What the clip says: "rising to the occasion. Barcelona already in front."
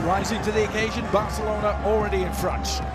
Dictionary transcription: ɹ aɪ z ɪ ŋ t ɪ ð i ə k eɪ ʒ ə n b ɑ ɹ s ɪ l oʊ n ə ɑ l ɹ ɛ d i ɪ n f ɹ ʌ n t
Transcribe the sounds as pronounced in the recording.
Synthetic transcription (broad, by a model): ɹ aɪ z ɪ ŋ t ɪ ð i ə k eɪ ʒ ə n b ɑ ɹ s ɪ l oʊ n ə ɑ l ɹ ɛ d i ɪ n f ɹ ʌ n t